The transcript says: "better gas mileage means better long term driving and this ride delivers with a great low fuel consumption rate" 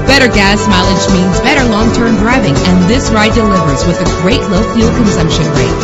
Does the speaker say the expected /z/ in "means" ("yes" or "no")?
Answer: yes